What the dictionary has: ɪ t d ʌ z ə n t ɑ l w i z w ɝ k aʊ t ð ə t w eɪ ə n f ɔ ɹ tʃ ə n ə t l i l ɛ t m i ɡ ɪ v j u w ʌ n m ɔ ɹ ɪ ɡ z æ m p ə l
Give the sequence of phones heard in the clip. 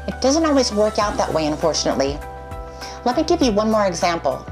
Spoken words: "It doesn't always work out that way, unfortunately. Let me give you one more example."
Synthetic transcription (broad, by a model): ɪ t d ʌ z ə n t ɑ l w i z w ɝ k aʊ t ð ə t w eɪ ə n f ɔ ɹ tʃ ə n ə t l i l ɛ t m i ɡ ɪ v j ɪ w ʌ n m ɔ ɹ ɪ ɡ z æ m p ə l